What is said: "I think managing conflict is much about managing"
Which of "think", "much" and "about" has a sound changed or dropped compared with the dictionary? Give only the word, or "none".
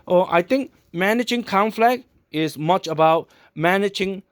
think